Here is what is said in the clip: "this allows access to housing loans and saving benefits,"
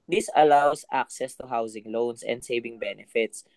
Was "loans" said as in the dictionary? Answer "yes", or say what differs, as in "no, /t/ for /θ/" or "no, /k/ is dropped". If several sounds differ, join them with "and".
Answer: no, /s/ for /z/